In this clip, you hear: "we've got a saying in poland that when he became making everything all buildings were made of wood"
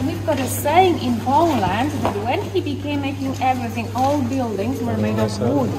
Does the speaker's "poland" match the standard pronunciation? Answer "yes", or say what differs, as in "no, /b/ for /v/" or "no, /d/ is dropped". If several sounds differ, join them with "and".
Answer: no, /b/ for /p/